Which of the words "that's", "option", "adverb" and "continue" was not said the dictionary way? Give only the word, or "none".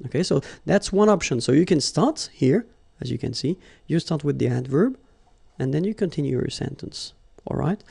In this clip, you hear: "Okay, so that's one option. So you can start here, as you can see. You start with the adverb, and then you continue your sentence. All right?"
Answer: none